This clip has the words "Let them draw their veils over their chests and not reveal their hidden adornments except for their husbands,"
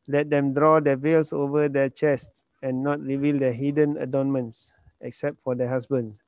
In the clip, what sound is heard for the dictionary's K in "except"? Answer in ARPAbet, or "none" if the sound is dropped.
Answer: K